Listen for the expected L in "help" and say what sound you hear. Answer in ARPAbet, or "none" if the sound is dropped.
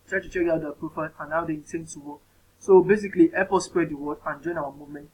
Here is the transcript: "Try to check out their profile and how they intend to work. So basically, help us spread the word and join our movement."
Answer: none